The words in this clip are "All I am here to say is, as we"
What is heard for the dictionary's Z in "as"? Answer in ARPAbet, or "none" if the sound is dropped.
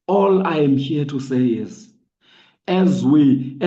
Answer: Z